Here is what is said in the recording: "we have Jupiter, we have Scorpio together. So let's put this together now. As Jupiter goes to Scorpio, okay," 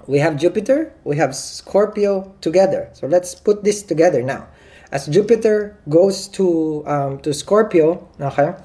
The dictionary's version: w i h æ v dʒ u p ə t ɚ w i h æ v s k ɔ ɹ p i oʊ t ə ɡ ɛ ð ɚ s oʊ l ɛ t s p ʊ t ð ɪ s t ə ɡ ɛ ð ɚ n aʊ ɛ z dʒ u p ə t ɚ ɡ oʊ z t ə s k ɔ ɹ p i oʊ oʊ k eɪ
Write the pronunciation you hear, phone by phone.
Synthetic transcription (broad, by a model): w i h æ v dʒ u p ə t ɚ w i h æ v s k ɔ ɹ p i oʊ t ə ɡ ɛ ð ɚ s oʊ l ɛ t s p ʊ t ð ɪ s t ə ɡ ɛ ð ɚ n aʊ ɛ s dʒ u p ə t ɚ ɡ oʊ s t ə s k ɔ ɹ p i oʊ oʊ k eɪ